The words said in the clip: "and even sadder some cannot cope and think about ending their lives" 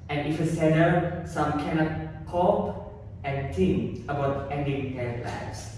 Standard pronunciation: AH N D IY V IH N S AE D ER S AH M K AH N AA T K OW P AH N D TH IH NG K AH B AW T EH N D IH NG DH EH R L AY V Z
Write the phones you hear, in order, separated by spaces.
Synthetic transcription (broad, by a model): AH N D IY F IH S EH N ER S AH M K AH N AA T K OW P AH N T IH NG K AH B AW T EH N D IH NG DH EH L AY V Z